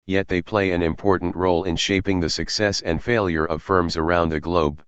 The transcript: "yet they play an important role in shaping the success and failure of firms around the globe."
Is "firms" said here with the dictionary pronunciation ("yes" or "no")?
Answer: yes